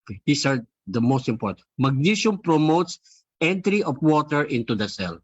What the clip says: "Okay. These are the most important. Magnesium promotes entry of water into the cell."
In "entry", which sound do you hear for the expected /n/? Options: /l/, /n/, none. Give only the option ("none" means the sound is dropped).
/n/